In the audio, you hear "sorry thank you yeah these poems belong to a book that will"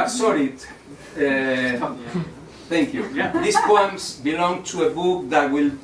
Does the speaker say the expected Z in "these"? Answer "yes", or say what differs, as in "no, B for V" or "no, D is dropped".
no, S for Z